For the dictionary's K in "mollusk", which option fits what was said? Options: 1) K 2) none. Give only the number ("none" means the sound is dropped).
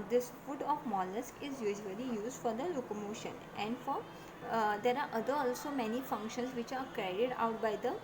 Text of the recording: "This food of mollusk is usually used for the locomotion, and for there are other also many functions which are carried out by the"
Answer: 1